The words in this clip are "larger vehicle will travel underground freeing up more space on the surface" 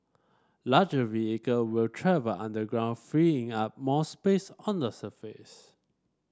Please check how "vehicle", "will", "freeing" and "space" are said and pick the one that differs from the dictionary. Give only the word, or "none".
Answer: none